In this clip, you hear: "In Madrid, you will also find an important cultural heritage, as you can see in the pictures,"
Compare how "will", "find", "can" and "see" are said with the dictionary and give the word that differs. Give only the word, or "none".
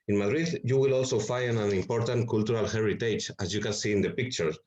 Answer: find